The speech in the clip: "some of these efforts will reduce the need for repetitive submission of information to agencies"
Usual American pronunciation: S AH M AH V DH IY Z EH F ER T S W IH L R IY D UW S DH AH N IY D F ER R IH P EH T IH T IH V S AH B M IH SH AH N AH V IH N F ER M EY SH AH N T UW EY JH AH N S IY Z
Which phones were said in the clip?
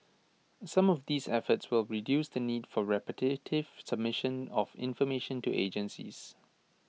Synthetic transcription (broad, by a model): S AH M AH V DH IY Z EH F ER T S W IH L R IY D UW S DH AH N IY D F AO R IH P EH T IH T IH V S AH B M IH SH AH N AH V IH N F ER M EY SH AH N T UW EY JH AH N S IY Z